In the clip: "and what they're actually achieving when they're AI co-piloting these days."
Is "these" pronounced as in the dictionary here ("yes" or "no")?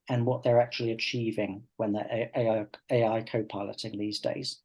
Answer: yes